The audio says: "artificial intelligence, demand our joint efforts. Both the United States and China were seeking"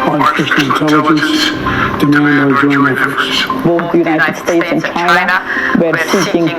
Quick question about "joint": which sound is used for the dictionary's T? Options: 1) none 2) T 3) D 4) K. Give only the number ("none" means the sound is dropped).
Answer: 1